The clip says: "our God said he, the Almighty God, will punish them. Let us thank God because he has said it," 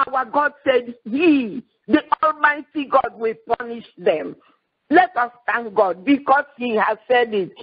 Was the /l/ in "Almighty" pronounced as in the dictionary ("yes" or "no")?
yes